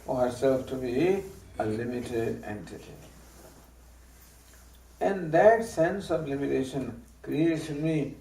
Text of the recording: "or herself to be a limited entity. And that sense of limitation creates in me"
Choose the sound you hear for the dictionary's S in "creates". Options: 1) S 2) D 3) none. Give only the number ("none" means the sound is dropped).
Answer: 3